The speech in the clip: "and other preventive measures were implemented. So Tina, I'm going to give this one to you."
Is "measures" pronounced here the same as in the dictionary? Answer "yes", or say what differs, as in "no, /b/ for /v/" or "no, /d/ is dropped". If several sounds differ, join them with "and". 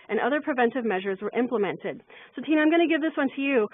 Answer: yes